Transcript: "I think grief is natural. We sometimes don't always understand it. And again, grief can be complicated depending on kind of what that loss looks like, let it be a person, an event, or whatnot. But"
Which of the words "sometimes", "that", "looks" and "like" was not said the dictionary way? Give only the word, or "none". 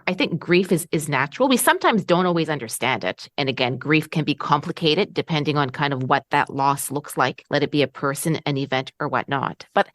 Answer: none